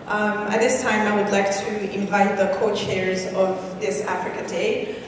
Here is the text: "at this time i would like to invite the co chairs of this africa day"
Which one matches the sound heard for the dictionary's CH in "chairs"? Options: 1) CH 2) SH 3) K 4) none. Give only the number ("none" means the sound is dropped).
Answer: 1